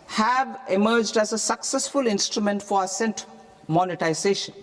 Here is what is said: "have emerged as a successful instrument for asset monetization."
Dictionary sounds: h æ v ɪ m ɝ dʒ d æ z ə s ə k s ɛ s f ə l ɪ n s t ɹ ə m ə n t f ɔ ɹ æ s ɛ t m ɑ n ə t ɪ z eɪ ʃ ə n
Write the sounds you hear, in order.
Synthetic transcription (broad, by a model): h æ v ɪ m ɝ dʒ d æ z ə s ə k s ɛ s f ə l ɪ n s t ɹ ə m ə n t f ɔ ɹ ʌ s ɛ t m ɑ n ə t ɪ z eɪ ʃ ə n